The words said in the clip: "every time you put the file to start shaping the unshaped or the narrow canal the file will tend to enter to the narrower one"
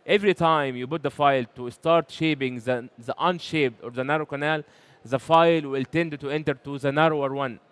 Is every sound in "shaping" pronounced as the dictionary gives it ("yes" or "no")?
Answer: no